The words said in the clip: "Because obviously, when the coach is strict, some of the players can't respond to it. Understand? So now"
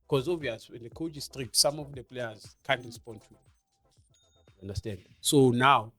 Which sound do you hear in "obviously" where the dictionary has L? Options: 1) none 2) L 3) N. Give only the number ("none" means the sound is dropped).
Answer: 1